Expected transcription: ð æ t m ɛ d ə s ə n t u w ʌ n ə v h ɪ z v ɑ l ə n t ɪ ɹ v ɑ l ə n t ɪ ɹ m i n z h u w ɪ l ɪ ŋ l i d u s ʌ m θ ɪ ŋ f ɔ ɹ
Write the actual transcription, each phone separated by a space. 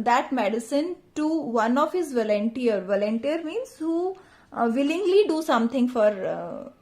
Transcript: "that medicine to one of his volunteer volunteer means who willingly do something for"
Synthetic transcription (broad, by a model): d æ t m ɛ d ə s ə n t u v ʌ n ə v h ɪ z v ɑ l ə n t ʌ ɹ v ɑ l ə n t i ɹ m i n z h u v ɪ l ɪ ŋ l i d u s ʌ m t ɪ ŋ f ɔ ɹ